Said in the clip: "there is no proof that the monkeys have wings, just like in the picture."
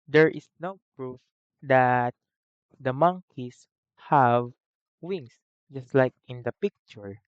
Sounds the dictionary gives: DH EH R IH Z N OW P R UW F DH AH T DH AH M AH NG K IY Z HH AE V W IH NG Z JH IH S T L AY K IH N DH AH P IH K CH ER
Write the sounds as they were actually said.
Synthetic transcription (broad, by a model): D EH R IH S N OW P R UW F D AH T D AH M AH NG K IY S HH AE V W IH NG S JH IH S T L AY K IH N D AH P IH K CH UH